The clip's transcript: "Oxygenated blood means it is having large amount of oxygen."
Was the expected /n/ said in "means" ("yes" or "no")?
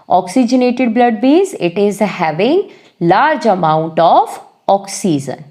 no